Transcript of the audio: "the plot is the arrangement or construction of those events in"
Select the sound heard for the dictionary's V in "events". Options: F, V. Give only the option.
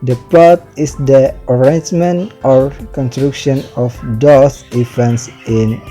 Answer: F